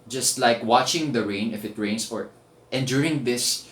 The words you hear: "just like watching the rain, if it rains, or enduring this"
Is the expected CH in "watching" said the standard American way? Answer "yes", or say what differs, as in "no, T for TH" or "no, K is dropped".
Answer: yes